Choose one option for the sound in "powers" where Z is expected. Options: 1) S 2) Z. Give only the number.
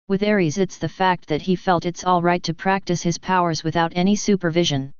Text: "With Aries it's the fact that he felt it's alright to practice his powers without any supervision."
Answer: 2